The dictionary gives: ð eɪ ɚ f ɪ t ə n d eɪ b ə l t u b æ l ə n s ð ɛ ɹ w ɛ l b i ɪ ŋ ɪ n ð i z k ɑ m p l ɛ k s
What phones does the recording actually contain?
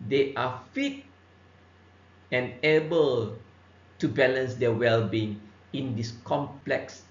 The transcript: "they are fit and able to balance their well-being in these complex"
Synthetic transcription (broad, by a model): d eɪ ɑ f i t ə n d eɪ b ə l t u b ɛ l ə n s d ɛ w ɛ l b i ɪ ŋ ɪ n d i s k ɑ m p l ɛ k s